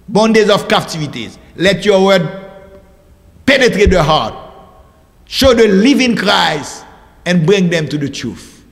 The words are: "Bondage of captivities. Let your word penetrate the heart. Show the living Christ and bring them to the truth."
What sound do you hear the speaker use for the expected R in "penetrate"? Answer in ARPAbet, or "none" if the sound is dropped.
R